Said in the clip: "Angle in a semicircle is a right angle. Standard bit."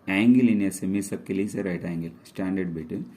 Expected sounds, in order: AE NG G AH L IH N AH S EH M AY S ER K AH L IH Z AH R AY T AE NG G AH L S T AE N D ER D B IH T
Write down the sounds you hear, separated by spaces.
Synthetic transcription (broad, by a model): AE NG G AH L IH N AH S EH M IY S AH K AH L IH S AH R AY T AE NG G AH L S T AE N D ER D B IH T